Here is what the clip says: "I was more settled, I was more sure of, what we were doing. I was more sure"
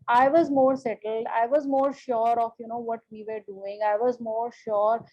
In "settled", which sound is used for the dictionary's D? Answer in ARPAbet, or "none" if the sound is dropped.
D